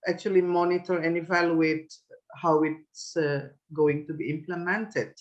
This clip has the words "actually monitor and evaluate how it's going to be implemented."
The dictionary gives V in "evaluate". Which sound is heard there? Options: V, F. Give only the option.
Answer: V